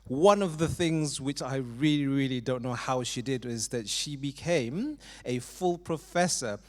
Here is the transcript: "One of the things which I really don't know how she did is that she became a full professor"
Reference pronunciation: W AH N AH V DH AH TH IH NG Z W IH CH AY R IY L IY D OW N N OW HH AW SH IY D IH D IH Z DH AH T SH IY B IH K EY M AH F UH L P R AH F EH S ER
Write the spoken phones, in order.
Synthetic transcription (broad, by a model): W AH N AH V DH AH TH IH NG Z W IH CH AY R IY L IY D OW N N OW HH AW SH IY D IH D IH Z DH AH T SH IY B IH K EY M AH F UH L P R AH F EH S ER